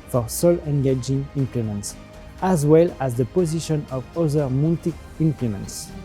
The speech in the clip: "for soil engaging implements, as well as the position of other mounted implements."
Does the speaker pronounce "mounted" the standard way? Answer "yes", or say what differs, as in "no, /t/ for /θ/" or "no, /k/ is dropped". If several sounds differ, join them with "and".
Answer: no, /l/ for /n/